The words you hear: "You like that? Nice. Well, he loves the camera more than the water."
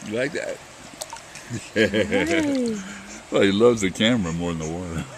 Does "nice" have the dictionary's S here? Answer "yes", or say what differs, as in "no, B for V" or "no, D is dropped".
no, S is dropped